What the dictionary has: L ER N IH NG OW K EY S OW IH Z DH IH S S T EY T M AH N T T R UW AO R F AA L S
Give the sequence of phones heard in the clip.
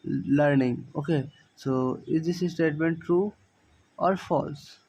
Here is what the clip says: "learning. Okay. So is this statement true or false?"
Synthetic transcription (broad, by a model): L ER N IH NG OW K EY S OW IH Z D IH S S T EY T M AH N T T R UW AO R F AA L S